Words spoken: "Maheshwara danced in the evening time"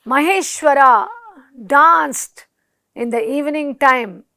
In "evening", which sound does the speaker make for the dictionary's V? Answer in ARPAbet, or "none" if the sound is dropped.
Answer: V